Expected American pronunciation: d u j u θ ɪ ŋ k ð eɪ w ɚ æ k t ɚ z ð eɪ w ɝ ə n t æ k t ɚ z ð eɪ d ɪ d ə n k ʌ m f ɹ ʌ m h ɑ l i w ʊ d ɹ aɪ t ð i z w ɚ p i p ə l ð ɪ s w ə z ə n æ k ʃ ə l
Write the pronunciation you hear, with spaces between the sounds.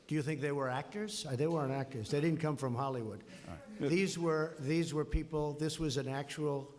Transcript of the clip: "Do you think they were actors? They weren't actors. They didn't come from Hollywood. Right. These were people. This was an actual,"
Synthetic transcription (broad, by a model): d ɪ j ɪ θ ɪ ŋ k ð eɪ w ɚ æ k t ɚ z ð eɪ w ɝ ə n æ k t ɚ z ð eɪ d ɪ d n k ʌ m f ɹ ʌ m h ɑ l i w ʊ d w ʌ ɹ ð i z w ɚ p i p l ð ɪ s w ə z ə n æ k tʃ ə l